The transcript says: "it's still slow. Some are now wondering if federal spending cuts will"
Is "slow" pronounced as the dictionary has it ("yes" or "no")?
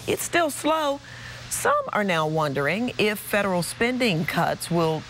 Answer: yes